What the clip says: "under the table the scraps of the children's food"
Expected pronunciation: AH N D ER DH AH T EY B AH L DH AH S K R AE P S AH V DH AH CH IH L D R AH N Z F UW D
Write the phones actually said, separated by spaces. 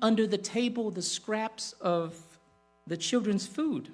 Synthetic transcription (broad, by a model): AH N D ER DH AH T EY B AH L DH AH S K R AE P S AH V DH AH CH IH L D R AH N Z F UW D